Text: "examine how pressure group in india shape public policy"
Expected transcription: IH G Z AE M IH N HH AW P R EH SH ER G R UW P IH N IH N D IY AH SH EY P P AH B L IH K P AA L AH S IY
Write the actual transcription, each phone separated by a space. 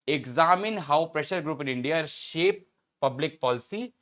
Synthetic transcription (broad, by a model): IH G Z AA M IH N HH AW P R EH SH ER G R UW P IH N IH N D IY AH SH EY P P AH B L IH K P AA L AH S IY